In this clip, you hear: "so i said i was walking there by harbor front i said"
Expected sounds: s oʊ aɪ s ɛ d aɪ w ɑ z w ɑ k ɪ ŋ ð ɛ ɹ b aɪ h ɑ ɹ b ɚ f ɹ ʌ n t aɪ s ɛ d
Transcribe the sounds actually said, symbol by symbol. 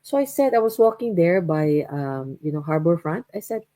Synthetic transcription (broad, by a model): s oʊ aɪ s ɛ d aɪ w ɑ s w ɑ k ɪ ŋ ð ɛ ɹ b aɪ h ɑ ɹ b ɚ f ɹ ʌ n t aɪ s ɛ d